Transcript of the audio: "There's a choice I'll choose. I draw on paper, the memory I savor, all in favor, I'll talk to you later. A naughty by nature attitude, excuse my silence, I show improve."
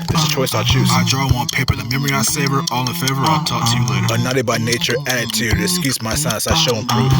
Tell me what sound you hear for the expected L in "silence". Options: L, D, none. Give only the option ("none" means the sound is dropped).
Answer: none